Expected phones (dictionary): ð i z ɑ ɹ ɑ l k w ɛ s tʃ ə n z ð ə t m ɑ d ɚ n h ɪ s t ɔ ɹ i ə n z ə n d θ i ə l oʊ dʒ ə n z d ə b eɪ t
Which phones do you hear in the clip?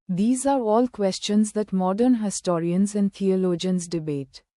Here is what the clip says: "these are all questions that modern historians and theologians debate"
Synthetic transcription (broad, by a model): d i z ɑ ɹ ɑ l k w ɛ s tʃ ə n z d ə t m ɑ d ɚ n h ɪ s t ɔ ɹ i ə n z ə n d t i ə l oʊ dʒ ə n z d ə b eɪ t